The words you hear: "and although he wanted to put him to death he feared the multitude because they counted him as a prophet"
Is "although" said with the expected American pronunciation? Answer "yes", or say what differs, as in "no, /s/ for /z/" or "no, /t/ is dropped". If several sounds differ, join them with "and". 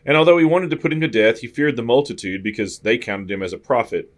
yes